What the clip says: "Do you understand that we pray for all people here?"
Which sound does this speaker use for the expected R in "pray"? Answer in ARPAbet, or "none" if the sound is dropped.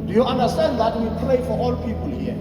L